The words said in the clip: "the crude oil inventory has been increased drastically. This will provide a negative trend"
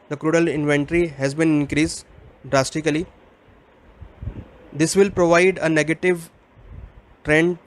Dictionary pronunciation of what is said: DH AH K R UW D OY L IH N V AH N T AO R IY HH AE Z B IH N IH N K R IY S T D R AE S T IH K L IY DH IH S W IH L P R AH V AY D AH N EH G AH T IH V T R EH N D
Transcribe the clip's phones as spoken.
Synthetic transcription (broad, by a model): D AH K R UW D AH L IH N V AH N T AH R IY HH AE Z B IH N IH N K R IY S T D R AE S T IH K L IY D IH S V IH L P R AH V AY D AH N EH G AH T IH V T R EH N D